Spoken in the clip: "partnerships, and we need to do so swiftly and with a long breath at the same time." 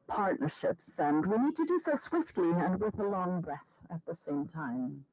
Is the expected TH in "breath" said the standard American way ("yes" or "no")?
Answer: yes